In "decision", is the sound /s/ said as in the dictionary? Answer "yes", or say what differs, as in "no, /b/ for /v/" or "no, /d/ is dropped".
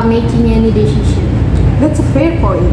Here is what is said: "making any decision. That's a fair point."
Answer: no, /ʃ/ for /s/